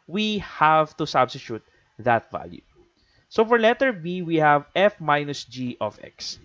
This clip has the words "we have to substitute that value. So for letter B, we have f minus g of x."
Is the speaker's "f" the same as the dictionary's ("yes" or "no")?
yes